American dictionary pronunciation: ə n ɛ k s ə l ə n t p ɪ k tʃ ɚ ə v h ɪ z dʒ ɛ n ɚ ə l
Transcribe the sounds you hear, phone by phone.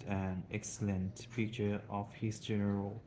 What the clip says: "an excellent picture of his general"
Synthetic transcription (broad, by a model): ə n ɛ k s ə l ə n t f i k tʃ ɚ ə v h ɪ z dʒ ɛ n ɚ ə l